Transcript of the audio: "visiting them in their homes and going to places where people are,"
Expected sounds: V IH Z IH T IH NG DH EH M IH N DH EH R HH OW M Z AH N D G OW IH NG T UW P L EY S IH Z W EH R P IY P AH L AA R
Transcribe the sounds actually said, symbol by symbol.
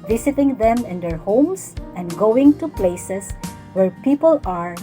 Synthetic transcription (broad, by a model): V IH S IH T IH NG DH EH M IH N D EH R HH OW M S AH N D G OW IH NG T UW P L EY S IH S W EH R P IY P AH L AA R